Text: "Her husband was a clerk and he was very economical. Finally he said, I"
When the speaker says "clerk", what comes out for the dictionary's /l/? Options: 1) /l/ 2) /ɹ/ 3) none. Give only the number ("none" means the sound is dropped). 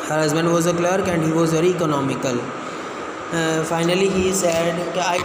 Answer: 1